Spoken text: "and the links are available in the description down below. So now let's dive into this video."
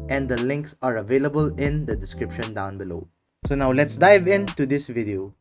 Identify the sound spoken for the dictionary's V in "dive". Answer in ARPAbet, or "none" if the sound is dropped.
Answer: V